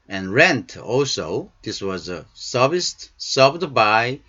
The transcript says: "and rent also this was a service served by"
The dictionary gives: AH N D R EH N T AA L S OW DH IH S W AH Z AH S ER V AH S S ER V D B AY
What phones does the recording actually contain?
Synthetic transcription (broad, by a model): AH N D R EH N T AA L S OW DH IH S W AH Z AH S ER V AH S S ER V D B AY